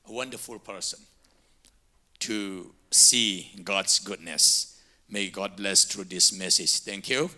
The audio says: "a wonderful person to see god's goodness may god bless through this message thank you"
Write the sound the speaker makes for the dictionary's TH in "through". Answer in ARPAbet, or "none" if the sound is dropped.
T